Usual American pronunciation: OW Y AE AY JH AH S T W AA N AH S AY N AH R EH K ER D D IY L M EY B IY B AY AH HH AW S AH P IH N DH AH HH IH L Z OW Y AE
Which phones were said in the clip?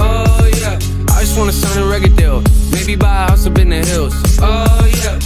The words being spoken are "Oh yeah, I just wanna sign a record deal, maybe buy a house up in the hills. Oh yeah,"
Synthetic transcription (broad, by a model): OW Y AE AY JH AH S T W AA N AH S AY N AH R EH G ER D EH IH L M EY B IY B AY AH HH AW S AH B IH N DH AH HH IH L Z OW Y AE